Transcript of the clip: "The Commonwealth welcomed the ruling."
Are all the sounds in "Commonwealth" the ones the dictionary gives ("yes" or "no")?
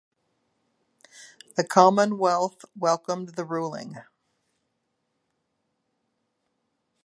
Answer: yes